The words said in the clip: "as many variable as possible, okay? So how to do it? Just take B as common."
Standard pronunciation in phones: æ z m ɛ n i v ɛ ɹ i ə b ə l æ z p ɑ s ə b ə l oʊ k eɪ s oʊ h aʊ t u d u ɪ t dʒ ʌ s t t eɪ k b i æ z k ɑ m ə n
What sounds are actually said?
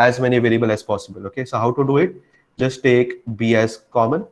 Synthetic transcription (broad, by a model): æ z m ɛ n i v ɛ l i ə b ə l æ z p ɑ s ə b ə l oʊ k eɪ s oʊ h aʊ t u d u ɪ t dʒ ʌ s t t eɪ k b i æ z k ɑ m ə n